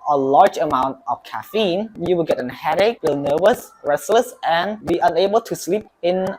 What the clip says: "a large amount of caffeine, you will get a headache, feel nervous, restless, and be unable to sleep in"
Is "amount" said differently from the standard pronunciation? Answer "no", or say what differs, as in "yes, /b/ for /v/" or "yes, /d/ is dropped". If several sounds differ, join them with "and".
no